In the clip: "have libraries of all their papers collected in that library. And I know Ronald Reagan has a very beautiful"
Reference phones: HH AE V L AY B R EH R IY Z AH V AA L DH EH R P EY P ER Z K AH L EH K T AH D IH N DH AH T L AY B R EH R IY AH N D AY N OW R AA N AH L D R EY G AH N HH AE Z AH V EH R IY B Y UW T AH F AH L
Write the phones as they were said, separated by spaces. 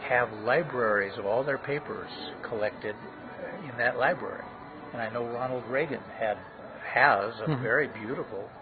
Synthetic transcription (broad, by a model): HH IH V L AY B R EH R IY Z AH V AA L DH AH R P EY P ER Z K AH L EH K T AH D IH N DH AH T L AY B R EH R IY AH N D AY N OW R AA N L D R EY G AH N HH AE Z AH V EH R IY B Y UW T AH F L